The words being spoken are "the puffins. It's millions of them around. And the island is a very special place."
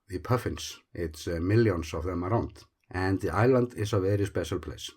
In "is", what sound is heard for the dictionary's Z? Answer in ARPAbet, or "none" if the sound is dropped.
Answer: S